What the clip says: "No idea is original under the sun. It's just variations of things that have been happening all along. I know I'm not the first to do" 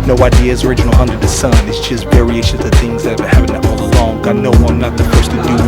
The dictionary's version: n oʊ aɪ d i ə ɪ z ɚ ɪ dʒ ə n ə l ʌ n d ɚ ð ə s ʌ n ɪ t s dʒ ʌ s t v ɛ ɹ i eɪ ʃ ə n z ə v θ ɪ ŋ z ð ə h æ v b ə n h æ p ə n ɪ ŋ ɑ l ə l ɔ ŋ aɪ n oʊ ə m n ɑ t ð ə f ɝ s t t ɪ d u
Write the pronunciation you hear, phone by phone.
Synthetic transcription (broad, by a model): n oʊ aɪ d i ə ɪ z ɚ ɪ dʒ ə n l ʌ n d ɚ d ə s ʌ n ɪ t s dʒ ʌ s t v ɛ ɹ i eɪ ʃ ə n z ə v θ ɪ ŋ z ð ə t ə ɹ h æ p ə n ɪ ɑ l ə l ɔ ŋ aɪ n oʊ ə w n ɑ t ð ə f ɝ s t t ɪ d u